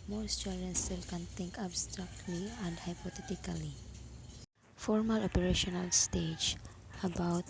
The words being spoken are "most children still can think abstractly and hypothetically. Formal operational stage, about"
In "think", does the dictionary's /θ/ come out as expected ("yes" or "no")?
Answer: no